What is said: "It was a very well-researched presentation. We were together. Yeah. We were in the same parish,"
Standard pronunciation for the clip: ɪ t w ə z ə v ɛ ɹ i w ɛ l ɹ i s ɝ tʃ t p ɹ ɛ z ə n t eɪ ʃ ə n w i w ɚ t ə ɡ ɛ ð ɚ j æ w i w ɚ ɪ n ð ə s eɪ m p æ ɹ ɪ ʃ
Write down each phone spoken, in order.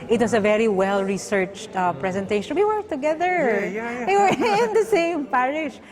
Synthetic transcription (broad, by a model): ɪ t w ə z ə v ɛ ɹ i w ɛ l ɹ i s ɝ tʃ t p ɹ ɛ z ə n t eɪ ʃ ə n w i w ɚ t ə ɡ ɛ ð ɚ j w i w ɚ ɪ n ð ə s eɪ m p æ ɹ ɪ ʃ